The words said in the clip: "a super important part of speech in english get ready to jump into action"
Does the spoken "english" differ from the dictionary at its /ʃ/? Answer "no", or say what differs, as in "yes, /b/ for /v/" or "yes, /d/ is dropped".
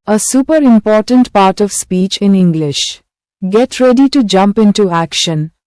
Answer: no